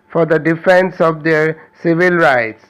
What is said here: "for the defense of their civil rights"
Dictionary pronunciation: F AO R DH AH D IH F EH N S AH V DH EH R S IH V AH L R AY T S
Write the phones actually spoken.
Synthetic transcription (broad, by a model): F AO R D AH D IH F EH N S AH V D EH R S IH V AH L R AY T S